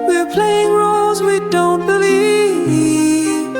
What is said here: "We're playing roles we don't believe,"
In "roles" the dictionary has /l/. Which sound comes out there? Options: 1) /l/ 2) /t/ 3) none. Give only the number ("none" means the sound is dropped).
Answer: 1